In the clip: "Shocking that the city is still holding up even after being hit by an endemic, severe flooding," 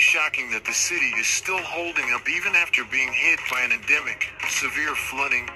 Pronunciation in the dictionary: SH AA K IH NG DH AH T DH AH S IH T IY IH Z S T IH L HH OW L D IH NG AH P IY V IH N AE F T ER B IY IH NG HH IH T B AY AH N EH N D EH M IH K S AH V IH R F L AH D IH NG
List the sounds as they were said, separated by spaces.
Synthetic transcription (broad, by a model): SH AA K IH NG DH AH T DH AH S IH T IY IH Z S T IH L HH OW L D IH NG AH P IY V IH N AE F T ER B IY IH NG HH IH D B AY AH N EH N D EH M IH K S AH V IH R F L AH D IH NG